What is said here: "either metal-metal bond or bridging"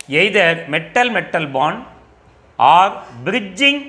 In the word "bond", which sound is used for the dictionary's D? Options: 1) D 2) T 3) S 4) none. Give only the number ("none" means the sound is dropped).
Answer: 4